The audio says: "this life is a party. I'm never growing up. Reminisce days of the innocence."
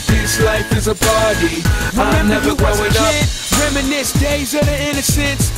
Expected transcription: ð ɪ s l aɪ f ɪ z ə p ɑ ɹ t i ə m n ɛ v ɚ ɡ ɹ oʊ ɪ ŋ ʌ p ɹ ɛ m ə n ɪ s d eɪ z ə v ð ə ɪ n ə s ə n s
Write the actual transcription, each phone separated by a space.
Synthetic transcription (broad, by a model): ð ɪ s l aɪ f ɪ z ə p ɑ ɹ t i ə m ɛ ɚ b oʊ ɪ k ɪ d ɹ ɛ m ə n ɪ s d eɪ z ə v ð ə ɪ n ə s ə n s